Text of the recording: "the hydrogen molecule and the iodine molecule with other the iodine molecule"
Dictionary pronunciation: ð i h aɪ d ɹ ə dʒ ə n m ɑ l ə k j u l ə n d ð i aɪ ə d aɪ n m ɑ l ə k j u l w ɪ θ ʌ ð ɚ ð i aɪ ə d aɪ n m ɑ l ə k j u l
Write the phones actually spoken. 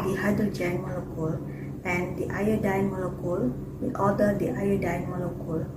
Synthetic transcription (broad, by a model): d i h aɪ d ə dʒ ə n m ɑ l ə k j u l ə n d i aɪ ə d aɪ n m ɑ l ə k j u l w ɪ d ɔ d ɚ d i aɪ ə d aɪ n m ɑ l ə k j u l